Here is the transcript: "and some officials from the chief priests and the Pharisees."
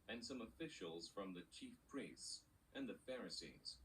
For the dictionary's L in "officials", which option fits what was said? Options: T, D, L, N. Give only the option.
L